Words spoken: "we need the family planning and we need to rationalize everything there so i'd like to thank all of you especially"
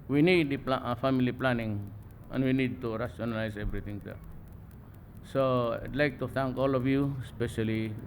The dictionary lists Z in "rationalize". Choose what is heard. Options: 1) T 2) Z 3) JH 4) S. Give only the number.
4